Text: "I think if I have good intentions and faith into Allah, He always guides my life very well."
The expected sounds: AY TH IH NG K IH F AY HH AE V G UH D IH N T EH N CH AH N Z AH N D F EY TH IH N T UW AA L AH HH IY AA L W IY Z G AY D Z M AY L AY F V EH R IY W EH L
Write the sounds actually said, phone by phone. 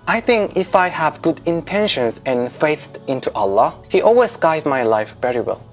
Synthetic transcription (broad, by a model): AY TH IH NG K IH F AY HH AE V G UH D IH N T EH N SH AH N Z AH N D F EY T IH N T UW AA L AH HH IY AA L W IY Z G AY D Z M AY L AY F V EH R IY W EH L